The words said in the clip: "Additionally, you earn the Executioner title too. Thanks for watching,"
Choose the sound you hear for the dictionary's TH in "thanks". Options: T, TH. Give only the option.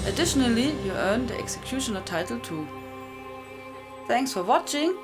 TH